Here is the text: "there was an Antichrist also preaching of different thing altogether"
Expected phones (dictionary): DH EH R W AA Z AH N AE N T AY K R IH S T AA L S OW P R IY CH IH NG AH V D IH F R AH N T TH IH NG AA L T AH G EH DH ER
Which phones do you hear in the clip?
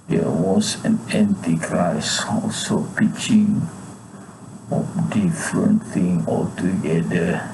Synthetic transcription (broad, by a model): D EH W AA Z AH N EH N T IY K R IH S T AA L S OW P IY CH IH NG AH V D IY F R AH N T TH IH NG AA L T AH G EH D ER